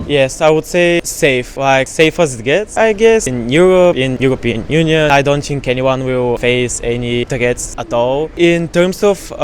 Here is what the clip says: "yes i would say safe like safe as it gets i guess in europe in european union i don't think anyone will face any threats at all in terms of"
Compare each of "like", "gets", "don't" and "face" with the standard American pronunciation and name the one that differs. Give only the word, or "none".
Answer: none